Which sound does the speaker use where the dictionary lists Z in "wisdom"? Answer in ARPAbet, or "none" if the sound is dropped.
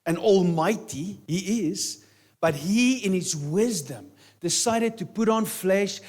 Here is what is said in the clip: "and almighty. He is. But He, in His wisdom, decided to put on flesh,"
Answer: Z